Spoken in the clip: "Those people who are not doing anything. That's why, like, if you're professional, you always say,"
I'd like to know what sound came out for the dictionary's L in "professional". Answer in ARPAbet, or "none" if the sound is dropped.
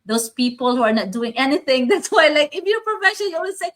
N